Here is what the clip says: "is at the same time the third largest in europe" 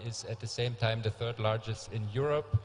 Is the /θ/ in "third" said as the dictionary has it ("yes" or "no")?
yes